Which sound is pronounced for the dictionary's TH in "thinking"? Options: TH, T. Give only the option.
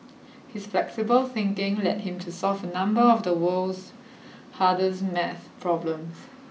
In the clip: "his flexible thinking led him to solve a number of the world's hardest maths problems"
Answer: TH